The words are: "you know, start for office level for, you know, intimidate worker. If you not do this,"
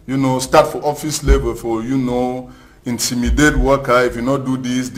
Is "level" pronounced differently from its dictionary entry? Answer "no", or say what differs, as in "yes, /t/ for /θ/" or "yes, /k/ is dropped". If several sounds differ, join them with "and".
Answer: yes, /b/ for /v/